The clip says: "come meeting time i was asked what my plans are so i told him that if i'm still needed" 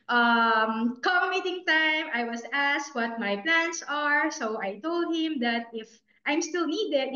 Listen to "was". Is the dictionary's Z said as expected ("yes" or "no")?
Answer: no